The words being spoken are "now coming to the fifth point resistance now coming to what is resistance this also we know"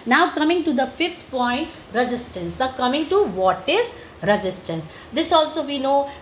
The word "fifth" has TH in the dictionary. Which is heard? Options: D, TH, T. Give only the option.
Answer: T